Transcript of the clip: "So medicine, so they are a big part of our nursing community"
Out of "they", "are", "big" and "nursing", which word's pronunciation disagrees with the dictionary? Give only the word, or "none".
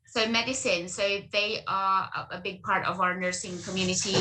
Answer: none